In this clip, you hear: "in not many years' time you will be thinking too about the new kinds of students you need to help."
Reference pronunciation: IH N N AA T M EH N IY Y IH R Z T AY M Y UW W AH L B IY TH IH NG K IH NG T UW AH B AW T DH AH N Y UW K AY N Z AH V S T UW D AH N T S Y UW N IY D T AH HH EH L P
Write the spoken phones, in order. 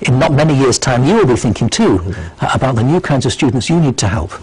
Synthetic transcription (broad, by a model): IH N N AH T M EH N IY Y IH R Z T AY M Y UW W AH L B IY TH IH NG K IH NG T UW AH B AW T DH AH N Y UW K AY N Z AH V S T UW D N T S Y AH N IY D T AH HH EH L P